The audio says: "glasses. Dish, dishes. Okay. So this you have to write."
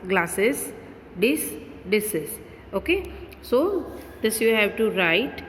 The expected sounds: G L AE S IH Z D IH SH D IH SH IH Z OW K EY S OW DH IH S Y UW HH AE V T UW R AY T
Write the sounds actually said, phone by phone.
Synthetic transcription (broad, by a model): G L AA S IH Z D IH S D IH S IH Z OW K EY S OW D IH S Y UW HH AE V T UW R AY T